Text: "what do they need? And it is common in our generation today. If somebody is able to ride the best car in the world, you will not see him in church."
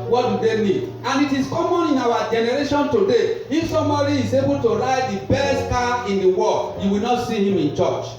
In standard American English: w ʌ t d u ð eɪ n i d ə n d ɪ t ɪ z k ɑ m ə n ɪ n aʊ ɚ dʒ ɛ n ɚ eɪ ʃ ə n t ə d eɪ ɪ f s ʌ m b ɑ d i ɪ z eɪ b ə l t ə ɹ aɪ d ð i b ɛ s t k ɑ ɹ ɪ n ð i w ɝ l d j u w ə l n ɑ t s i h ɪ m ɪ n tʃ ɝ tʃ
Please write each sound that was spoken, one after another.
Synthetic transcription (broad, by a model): w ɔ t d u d eɪ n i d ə n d ɪ t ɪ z k ɑ m ə n ɪ n aʊ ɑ dʒ ɛ n ɚ eɪ ʃ ə n t ə d eɪ ɪ f s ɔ m ɑ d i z eɪ b ə l t ə ɹ aɪ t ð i b ɛ s t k ɑ ɪ n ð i w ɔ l j u w ə l n ɑ t s i h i m ɪ n tʃ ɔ tʃ